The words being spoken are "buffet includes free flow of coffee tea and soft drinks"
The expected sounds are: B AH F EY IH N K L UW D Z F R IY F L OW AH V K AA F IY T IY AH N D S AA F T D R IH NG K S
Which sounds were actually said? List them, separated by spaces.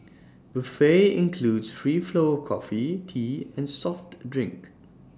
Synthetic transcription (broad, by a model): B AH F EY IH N K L UW D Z F R IY F L OW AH K AA F IY T IY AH N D S AA F T D R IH NG K